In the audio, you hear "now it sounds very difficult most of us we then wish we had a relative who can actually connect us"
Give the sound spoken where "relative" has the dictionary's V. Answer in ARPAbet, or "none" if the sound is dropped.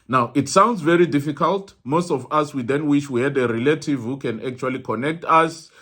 V